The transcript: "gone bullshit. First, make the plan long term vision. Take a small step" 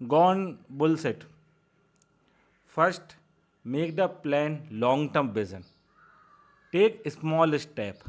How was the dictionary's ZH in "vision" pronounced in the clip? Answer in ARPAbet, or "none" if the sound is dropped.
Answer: Z